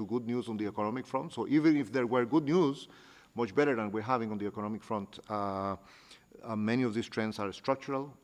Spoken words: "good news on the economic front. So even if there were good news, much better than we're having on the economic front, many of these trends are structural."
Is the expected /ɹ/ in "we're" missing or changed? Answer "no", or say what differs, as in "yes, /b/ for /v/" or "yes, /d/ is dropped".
no